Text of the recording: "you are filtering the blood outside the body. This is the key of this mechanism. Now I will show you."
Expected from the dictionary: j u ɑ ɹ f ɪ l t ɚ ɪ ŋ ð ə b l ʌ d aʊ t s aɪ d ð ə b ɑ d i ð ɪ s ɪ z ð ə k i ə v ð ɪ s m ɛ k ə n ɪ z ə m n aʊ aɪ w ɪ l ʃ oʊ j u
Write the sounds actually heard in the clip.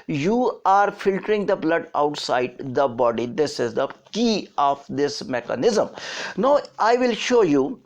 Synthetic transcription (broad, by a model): j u ɑ ɹ f ɪ l t ɚ ɪ ŋ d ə b l ʌ d aʊ t s aɪ d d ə b ɑ d i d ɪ s ɪ z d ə k i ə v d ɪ s m ɛ k ə n ɪ z ə m n aʊ aɪ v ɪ l ʃ oʊ j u